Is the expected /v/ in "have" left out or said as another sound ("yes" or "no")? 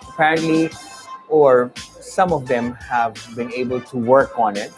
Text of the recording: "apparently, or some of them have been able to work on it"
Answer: no